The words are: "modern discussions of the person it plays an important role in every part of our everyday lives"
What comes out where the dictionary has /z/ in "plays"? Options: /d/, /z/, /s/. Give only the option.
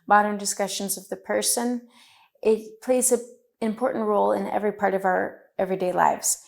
/z/